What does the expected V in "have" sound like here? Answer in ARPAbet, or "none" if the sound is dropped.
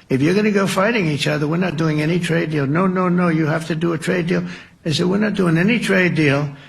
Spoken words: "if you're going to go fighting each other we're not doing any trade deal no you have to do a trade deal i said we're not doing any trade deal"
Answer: F